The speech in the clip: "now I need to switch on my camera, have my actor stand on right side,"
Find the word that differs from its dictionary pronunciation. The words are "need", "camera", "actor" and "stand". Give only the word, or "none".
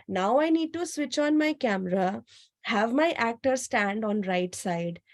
none